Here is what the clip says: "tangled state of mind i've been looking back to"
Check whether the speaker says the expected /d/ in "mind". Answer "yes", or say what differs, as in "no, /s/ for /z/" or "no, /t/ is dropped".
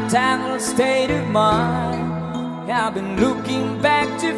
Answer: no, /d/ is dropped